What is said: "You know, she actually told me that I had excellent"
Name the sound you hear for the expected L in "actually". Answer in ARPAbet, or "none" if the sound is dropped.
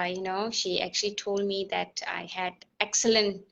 L